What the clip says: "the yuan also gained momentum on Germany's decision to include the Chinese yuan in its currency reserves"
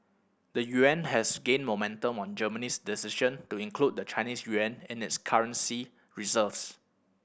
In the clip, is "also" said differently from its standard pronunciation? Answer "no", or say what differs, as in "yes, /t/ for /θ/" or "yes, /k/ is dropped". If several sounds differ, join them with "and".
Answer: yes, /l/ is dropped